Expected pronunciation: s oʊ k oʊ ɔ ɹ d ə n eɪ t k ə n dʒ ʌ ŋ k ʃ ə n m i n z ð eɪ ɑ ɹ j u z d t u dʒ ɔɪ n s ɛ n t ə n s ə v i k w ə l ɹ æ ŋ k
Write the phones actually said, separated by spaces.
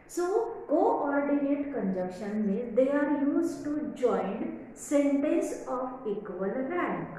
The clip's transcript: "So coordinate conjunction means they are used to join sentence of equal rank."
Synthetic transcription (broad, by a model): s oʊ k oʊ ɔ ɹ d ə n eɪ t k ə n dʒ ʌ k ʃ ə n m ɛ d eɪ ɑ ɹ j u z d t u dʒ ɔɪ n s ɛ n t ə n s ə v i k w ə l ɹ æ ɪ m